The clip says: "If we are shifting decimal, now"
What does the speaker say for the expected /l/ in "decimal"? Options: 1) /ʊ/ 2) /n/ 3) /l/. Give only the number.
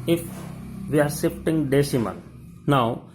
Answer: 2